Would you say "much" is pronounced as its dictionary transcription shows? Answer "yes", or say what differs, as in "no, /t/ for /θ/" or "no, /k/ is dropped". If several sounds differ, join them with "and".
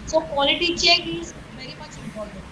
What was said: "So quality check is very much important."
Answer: no, /s/ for /tʃ/